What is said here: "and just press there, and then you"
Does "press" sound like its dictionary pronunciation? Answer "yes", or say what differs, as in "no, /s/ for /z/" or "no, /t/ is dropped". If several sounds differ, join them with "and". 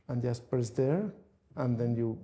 no, /ɹ/ is dropped